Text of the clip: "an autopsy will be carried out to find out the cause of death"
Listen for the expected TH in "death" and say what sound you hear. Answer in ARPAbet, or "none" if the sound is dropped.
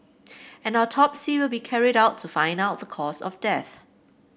TH